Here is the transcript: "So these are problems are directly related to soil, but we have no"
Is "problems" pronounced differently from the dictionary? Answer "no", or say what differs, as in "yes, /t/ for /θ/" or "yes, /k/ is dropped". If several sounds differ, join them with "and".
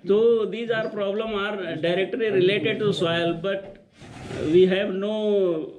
yes, /z/ is dropped